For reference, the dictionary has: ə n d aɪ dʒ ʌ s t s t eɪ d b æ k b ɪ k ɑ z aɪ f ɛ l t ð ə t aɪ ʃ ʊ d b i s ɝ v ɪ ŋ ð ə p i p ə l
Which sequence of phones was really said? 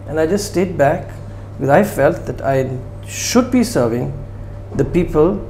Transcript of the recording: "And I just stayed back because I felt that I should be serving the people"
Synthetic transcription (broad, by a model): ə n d aɪ dʒ ʌ s t s t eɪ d b æ k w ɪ ɑ ɪ f ɛ l t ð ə t aɪ ʃ ʊ d b i s ɝ v ɪ ŋ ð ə p i p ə l